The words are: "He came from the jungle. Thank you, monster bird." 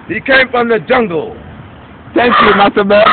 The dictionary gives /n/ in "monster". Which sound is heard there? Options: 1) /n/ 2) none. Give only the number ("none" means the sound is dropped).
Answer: 2